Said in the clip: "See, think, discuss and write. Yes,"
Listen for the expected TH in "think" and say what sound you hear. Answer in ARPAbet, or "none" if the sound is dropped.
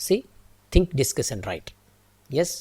T